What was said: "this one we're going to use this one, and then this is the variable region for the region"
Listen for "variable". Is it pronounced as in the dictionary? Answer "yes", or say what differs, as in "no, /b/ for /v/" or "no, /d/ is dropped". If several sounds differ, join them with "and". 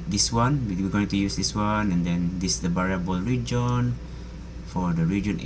no, /b/ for /v/